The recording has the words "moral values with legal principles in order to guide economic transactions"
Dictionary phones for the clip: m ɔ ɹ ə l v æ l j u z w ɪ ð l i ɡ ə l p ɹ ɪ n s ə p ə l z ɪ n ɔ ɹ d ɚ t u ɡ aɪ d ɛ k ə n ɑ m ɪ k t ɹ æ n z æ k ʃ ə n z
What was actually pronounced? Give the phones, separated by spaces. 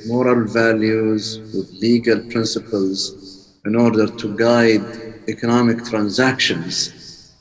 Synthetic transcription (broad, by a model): m ɔ ɹ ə l v æ l j u z w ɪ ð l i ɡ ə l p ɹ ɪ n s ə p ə l z ɪ n ɔ ɹ d ɚ t u ɡ aɪ d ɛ k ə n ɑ m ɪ k t ɹ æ n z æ k ʃ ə n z